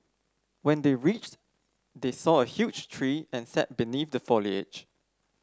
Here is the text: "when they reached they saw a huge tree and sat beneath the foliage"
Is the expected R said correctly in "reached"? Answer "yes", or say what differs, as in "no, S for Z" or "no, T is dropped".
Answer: yes